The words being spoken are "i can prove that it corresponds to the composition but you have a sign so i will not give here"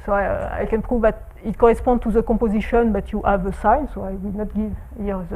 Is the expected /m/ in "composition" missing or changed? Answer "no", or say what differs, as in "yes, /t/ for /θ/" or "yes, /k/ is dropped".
yes, /m/ is dropped